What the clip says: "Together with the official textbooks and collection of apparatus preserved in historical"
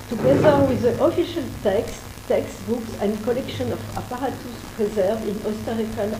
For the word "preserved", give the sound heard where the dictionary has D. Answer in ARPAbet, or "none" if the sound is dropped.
none